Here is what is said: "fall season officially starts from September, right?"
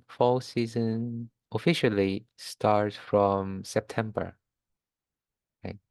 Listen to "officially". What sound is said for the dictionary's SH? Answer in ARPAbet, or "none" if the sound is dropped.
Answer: SH